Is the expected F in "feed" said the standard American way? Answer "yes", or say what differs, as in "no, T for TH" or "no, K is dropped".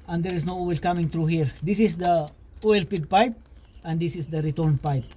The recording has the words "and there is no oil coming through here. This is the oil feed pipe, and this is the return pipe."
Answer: no, P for F